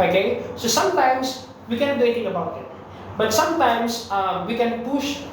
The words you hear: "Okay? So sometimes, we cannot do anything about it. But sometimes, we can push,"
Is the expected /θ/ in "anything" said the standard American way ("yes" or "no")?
no